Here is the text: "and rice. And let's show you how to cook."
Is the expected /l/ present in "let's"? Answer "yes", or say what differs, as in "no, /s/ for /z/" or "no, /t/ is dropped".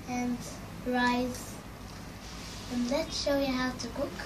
yes